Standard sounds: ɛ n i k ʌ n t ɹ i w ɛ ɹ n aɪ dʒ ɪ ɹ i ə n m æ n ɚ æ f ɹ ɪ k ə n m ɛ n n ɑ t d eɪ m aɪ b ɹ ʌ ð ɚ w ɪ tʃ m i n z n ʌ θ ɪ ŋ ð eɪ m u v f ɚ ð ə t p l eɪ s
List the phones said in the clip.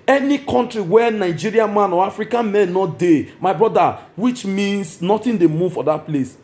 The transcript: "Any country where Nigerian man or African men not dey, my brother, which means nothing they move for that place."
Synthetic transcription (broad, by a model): ɛ n i k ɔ n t ɹ i w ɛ n aɪ dʒ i ɹ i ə n m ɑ n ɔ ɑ f ɹ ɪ k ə n m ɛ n n ɑ t d eɪ m aɪ b ɹ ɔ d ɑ w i tʃ m i n s n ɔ t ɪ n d eɪ m u v f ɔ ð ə t p l eɪ s